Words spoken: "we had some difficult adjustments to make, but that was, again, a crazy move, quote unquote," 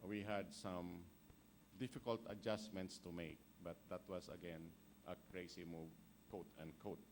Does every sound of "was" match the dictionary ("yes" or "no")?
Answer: no